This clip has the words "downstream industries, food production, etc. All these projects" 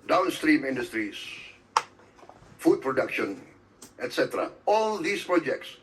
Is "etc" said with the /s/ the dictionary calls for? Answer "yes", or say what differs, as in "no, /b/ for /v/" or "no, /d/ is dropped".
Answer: yes